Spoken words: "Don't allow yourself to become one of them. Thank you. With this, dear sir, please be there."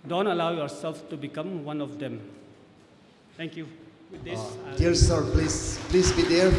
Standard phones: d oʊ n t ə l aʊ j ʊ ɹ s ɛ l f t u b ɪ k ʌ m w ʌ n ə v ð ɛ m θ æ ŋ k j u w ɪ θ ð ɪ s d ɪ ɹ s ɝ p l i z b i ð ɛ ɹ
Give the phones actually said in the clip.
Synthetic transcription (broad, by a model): d oʊ n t ə l aʊ j ʊ ɹ s ɛ l f t u b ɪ k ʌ m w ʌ n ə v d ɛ m t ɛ ŋ k j u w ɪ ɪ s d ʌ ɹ s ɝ p l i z b i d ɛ ɹ